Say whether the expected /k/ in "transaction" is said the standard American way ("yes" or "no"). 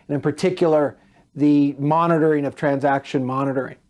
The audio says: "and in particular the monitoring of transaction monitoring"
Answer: yes